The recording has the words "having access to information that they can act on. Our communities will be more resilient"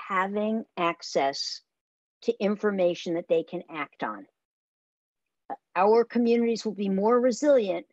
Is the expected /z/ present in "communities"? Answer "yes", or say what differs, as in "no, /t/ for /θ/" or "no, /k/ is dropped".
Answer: yes